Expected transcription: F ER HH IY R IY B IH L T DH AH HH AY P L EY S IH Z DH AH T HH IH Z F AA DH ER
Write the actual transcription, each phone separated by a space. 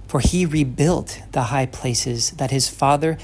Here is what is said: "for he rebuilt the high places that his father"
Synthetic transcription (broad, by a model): F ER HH IY R IY B IH L T DH AH HH AY P L EY S IH Z DH AH T HH IH Z F AA DH ER